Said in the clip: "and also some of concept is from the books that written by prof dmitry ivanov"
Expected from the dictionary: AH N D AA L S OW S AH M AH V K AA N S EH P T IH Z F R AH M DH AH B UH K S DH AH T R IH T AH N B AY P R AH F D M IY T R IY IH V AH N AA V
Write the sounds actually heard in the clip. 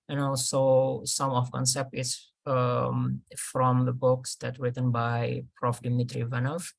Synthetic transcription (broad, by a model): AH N AA L S OW S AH M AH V K AA N S EH P T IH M F R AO M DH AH B UH K S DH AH T R IH T AH N B AY P R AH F D M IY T R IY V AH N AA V